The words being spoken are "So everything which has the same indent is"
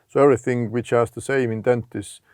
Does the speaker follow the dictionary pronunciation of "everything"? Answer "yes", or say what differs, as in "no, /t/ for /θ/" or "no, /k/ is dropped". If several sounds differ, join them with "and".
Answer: yes